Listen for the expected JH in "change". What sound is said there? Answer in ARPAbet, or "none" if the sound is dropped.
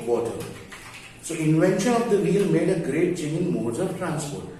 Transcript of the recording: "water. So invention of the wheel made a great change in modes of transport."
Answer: none